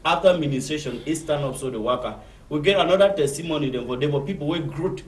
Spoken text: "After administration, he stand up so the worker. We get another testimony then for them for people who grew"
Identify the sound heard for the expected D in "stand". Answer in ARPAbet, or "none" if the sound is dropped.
none